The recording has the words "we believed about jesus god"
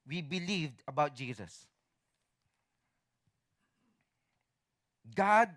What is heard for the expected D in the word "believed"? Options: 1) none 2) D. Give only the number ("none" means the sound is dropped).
2